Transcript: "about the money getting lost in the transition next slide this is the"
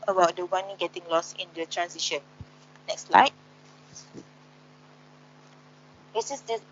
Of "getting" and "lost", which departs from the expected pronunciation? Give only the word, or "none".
lost